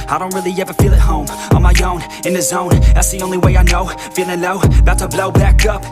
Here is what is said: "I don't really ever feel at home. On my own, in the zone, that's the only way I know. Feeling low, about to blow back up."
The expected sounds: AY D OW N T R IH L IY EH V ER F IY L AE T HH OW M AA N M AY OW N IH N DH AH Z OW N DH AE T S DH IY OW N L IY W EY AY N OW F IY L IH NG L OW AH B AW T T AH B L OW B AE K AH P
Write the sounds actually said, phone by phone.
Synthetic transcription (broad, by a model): AY D OW N T R IH L IY EH V ER F IY L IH T HH OW M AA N M AY OW N IH N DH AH Z OW N DH AE T S DH IY OW N L IY W EY AY N OW F IY L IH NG N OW AH B AW T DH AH B L OW B AE K AH P